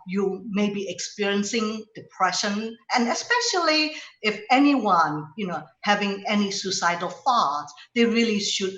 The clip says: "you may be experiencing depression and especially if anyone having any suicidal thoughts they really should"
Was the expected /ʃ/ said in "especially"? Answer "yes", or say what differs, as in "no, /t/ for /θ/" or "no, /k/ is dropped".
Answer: yes